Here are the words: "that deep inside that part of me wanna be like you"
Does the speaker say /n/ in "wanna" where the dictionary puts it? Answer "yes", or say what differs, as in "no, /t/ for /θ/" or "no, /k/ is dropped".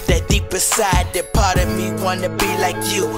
yes